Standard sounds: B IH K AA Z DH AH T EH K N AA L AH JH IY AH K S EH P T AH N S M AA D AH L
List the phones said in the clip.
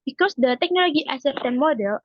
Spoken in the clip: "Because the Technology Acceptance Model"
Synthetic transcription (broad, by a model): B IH K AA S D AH T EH K N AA L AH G IY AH S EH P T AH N M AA D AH L